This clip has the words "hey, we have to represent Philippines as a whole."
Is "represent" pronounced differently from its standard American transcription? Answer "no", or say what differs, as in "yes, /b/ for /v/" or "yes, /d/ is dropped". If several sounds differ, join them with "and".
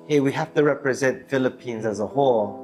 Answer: no